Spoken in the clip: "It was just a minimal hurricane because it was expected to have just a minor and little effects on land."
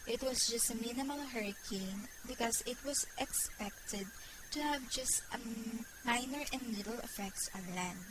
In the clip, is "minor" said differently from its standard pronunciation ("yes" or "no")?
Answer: no